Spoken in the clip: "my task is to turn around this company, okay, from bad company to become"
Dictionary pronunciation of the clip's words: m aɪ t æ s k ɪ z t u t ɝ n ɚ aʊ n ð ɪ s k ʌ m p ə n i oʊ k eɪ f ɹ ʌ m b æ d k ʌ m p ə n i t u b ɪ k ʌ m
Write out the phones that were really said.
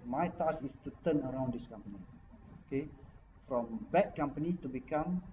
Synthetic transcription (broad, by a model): m aɪ t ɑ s ɪ s t u t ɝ n ɚ aʊ n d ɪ s k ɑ m p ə n i oʊ k eɪ f ɹ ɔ m b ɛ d k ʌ m p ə n i t u b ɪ k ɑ m